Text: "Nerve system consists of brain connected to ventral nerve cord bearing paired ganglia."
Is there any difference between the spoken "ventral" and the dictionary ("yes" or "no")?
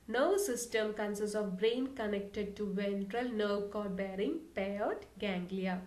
no